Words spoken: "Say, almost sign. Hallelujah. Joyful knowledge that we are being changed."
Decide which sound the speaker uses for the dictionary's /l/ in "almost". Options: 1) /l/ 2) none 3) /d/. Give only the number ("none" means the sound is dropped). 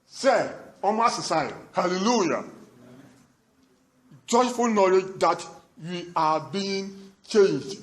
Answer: 2